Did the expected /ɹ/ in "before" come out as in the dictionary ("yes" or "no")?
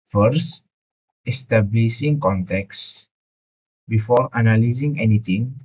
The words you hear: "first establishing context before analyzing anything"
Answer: yes